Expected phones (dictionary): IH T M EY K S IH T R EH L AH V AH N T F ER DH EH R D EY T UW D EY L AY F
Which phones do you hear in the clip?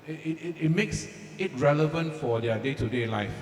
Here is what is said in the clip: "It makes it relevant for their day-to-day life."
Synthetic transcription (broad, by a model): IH T M EY K S IH T R EH L AH V AH N T F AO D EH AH D EY T UW D EY L AY F